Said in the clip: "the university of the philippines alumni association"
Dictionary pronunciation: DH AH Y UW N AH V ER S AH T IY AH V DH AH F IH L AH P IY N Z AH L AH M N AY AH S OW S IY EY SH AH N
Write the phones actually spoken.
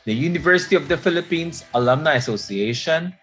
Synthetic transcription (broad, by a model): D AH Y UW N AH V ER S AH T IY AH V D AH F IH L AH P IY N S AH L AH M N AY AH S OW S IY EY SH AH N